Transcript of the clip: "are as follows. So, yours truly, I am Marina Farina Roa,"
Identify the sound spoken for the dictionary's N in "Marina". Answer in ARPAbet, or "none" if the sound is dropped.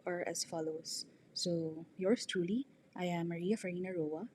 none